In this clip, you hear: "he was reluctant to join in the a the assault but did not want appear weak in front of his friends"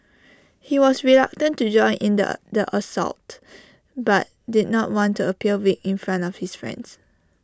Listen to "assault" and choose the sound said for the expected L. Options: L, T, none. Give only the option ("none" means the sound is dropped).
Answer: L